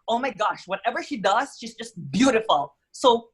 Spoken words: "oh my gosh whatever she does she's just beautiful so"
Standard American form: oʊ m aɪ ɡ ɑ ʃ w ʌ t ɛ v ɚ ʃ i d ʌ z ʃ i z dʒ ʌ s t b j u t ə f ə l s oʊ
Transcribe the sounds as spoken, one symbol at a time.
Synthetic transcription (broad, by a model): oʊ m aɪ ɡ ɑ ʃ w ʌ t ɛ v ɚ ʃ i d ʌ z ʃ i z dʒ ʌ s t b j u t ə f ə l s oʊ